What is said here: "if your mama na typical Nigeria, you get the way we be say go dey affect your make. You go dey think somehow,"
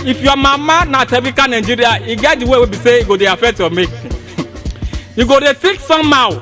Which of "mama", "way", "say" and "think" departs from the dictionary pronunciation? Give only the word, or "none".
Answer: think